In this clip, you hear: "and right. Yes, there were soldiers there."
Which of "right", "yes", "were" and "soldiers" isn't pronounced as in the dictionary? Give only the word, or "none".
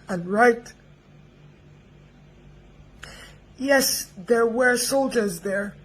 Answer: none